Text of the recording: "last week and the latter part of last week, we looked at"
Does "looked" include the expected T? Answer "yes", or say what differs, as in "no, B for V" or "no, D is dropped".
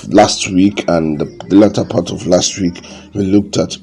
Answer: yes